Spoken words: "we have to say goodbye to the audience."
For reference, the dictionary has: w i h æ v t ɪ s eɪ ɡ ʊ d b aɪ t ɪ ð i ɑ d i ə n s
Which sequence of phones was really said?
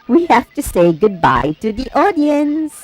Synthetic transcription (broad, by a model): w i h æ f t ɪ s eɪ ɡ ʊ d b aɪ t ɪ ð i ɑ d i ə n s